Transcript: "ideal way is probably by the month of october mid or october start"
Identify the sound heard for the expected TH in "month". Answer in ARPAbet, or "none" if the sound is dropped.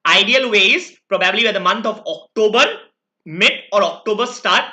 T